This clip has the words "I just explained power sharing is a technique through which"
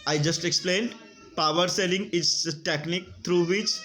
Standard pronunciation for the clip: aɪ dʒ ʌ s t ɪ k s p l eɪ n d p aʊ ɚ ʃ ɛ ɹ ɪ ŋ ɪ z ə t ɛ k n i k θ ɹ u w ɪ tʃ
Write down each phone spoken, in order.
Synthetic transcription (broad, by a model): aɪ dʒ ʌ s t ɪ k s p l eɪ n d p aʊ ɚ s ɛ l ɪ ŋ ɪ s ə t ɛ k n i k t ɹ u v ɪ tʃ